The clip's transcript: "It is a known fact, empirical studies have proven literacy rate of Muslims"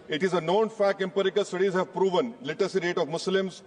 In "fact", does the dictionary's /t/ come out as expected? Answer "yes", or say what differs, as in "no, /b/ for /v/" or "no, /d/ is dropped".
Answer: no, /t/ is dropped